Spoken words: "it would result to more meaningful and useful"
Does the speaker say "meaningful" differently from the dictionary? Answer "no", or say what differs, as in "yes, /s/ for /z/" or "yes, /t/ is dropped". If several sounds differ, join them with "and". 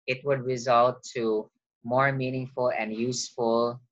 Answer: no